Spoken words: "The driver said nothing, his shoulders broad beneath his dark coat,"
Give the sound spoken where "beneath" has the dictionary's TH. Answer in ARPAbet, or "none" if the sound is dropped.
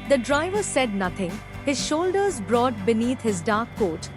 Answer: T